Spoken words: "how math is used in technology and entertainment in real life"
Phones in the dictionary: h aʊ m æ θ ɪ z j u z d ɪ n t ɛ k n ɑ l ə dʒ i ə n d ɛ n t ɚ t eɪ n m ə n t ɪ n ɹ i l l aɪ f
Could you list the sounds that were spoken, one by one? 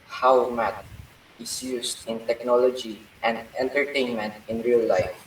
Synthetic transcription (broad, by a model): h aʊ m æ t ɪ s j u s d ɪ n t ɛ k n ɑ l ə dʒ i ə n d ɛ n t ɚ t eɪ n m ə n t ɪ n ɹ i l l aɪ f